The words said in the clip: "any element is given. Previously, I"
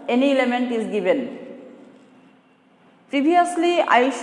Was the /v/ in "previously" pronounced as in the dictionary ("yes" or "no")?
no